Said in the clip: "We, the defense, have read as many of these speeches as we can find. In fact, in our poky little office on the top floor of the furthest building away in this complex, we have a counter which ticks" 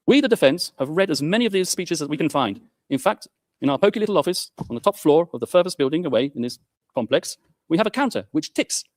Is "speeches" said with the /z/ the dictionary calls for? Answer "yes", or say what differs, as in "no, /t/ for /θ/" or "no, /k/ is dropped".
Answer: yes